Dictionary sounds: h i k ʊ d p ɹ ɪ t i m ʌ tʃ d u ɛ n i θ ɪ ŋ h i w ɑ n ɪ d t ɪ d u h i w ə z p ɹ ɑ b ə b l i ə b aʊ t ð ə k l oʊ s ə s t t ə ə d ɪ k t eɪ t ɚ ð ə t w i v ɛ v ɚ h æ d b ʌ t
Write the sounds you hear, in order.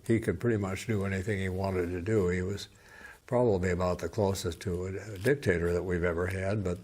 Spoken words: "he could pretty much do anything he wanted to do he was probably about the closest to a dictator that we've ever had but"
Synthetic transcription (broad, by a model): h i k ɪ d p ɹ ɪ t i m ʌ tʃ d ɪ ɛ n i θ ɪ ŋ h i w ɑ n ɪ d t ɪ d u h i w ə z p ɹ ɑ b ə b l i ə b aʊ t ð ə k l oʊ s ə s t t ə ə d ɪ k t eɪ t ɚ ð ə t w i v ɛ v ɚ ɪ d b ʌ t